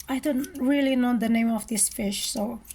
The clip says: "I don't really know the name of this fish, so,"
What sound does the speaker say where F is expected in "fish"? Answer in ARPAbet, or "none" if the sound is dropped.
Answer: F